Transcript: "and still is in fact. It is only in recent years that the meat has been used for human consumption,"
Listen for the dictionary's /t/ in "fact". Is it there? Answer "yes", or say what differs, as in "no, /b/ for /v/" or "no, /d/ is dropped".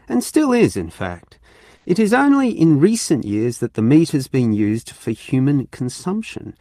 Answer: yes